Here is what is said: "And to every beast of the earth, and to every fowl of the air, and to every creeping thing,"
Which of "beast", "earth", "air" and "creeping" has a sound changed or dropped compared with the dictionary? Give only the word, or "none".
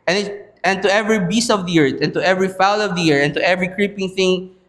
earth